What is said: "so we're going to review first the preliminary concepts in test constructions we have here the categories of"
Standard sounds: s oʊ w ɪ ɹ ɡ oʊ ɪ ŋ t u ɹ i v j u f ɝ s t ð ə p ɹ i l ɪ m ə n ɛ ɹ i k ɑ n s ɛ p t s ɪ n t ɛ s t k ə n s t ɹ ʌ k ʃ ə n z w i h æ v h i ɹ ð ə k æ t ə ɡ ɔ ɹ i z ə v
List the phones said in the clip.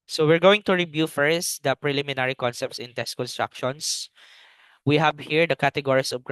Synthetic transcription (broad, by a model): s oʊ w ɪ ɹ ɡ oʊ ɪ ŋ t u ɹ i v j u f ɝ s t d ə p ɹ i l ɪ m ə n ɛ ɹ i k ɑ n s ɛ p t s ɪ n t ɛ s t k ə n s t ɹ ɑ k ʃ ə n s w i h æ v h i ɹ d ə k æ t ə ɡ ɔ ɹ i s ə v